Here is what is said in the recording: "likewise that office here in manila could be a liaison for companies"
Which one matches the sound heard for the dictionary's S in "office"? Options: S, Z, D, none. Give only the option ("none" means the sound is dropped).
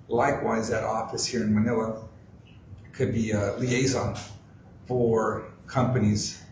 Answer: S